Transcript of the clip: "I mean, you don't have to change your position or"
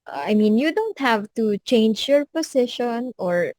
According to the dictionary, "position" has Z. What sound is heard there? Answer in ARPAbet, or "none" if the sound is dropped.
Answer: S